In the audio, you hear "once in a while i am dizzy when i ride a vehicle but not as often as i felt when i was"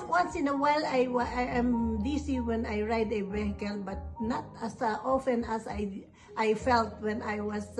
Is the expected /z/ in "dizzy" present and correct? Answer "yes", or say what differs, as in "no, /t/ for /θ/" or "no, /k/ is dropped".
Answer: no, /s/ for /z/